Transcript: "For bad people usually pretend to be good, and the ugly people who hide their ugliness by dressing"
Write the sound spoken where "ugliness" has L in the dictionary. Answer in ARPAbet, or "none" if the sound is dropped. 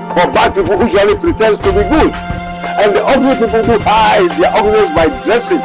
none